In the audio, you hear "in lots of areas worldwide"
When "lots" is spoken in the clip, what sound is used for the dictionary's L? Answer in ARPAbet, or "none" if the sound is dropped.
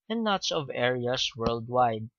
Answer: N